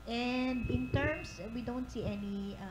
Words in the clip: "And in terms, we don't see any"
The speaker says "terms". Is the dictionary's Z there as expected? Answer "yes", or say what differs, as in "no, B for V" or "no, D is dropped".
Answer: no, S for Z